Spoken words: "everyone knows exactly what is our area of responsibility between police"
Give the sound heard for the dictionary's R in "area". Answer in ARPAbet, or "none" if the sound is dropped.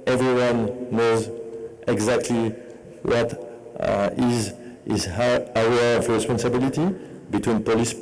none